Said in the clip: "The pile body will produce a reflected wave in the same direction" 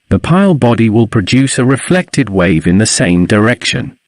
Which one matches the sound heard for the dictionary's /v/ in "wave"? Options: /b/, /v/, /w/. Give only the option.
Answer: /v/